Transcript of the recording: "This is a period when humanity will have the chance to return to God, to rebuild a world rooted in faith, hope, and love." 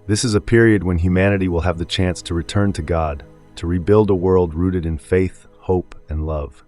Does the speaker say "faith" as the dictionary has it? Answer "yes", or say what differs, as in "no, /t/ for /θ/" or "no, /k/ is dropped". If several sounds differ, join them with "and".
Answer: yes